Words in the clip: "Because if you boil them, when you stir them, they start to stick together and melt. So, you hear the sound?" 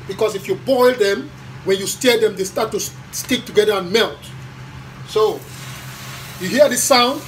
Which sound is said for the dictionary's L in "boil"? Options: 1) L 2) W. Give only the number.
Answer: 1